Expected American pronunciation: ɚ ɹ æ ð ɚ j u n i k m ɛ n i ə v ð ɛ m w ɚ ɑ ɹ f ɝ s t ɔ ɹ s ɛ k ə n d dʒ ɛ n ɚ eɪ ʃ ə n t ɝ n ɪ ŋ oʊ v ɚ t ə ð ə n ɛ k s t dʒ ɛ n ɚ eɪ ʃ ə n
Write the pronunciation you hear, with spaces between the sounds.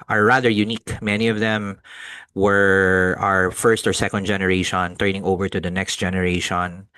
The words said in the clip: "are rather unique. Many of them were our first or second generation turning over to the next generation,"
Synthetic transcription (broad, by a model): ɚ ɹ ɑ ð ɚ j u n i k m ɛ n i ə v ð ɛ m w ɚ ɑ ɹ f ɝ s t ɔ ɹ s ɛ k ə n d dʒ ɛ n ɚ eɪ ʃ ə n t ɝ n ɪ ŋ oʊ v ɚ t ə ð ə n ɛ k s t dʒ ɛ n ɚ eɪ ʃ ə n